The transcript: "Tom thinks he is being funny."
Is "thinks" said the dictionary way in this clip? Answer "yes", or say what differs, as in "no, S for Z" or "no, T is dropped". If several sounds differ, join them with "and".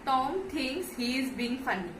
no, T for TH and K is dropped